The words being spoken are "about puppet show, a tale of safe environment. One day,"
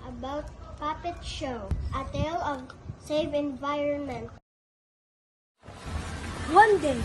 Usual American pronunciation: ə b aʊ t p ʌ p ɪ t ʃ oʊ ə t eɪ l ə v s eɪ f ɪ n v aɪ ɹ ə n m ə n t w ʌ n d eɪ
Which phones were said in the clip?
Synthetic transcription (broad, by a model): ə b aʊ t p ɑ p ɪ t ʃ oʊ ə t eɪ l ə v s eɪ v ɪ n v aɪ ɹ ə n m ə n t w ʌ n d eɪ